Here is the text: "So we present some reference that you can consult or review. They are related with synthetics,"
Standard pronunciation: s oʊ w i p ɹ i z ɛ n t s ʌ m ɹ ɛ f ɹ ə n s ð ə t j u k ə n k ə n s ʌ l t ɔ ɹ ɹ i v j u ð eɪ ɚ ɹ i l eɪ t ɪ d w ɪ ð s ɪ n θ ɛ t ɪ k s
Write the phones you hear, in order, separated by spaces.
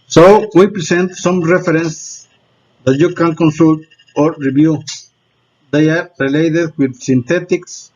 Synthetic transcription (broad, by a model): s oʊ w i p ɹ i s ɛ n t s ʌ m ɹ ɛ f ɹ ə n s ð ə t j u k ə n k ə n s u l t ɔ ɹ ɹ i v j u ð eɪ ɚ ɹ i l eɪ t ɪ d w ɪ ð s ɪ n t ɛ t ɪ k s